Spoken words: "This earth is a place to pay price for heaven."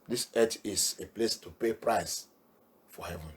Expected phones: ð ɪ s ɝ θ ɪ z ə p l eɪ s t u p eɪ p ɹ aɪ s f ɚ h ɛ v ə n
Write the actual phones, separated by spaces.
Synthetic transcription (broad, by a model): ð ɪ s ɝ t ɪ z ə p l eɪ s t u p eɪ p ɹ aɪ s f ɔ h ɛ v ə n